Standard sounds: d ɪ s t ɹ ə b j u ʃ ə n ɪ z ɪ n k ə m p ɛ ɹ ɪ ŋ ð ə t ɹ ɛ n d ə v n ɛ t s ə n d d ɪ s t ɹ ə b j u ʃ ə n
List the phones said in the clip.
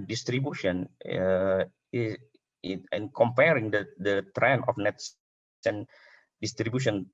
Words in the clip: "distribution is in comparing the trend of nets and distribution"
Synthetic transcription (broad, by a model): d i s t ɹ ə b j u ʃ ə n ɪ ɪ n k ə m p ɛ ɹ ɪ ŋ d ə t ɹ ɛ n ə f n ɛ t s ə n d d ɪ s t ɹ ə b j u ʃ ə n